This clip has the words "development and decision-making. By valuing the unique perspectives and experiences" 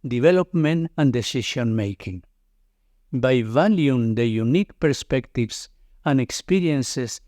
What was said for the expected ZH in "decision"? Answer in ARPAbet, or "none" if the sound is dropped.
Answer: SH